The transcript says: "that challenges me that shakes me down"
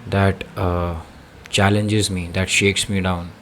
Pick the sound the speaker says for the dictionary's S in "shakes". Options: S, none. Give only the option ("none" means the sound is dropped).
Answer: S